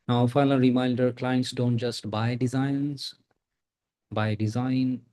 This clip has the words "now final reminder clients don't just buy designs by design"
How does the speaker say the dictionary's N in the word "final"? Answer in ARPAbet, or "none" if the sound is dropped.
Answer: L